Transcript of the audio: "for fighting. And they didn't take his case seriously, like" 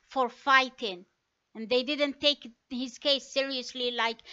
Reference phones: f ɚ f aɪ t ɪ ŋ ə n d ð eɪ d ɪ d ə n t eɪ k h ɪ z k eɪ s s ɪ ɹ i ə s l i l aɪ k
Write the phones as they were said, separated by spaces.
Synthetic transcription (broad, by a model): f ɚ f aɪ t ɪ ŋ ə n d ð eɪ d ɪ d ə n t eɪ k h ɪ z k eɪ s s ɪ ɹ i ə s l i l aɪ k